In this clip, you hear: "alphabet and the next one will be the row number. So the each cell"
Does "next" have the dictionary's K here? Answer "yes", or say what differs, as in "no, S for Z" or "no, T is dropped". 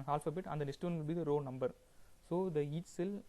no, K is dropped